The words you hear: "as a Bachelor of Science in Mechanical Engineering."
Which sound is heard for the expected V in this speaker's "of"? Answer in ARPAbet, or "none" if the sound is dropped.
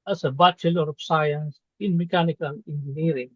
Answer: P